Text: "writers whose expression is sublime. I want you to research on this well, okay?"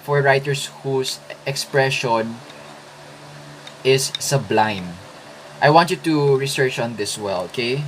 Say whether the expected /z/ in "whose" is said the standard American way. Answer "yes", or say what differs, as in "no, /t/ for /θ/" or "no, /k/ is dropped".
no, /s/ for /z/